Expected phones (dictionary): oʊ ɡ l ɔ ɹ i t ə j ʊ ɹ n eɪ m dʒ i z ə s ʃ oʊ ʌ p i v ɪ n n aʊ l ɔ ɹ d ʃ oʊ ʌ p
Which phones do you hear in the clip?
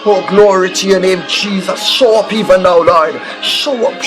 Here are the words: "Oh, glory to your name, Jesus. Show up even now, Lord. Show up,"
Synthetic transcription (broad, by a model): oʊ ɡ l ɔ ɹ i t ə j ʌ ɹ n eɪ m dʒ i z ə s ʃ oʊ ʌ p i v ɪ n n aʊ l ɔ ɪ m ʃ oʊ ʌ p